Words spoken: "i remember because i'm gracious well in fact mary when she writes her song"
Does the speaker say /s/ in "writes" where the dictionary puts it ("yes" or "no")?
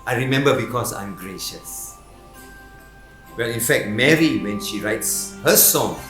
yes